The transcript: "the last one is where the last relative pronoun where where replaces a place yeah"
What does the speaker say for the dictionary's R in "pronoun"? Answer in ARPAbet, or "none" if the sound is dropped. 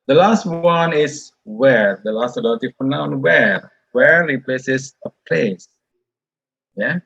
none